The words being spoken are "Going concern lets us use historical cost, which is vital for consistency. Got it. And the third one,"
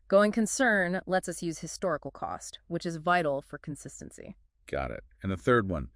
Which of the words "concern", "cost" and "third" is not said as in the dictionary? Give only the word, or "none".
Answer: none